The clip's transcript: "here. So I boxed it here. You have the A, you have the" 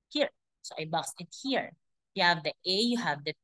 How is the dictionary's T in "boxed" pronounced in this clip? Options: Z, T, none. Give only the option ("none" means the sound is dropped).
none